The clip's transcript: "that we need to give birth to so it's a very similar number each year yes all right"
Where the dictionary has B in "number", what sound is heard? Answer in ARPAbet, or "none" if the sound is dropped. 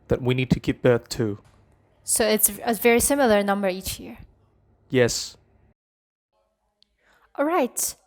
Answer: B